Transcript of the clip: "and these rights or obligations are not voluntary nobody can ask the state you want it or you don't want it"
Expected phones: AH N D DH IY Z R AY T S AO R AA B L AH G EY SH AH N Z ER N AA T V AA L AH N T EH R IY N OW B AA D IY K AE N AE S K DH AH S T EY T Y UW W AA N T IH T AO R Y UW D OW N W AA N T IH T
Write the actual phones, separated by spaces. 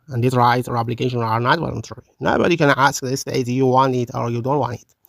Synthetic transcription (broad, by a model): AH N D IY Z R AY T AO R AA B L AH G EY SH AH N ER N AA T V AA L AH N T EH R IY N OW B AA D IY K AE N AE S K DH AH S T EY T Y UW W AA N T IH T AO R Y UW D OW N W AA N T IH T